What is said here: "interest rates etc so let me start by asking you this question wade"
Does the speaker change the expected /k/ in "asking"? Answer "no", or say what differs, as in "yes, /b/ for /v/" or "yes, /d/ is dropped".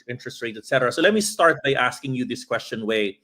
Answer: no